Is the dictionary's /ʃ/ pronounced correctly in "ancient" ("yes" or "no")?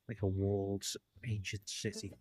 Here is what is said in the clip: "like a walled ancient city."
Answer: yes